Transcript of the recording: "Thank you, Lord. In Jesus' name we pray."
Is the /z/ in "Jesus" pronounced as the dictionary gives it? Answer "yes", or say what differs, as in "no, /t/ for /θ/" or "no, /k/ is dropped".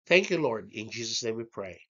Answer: yes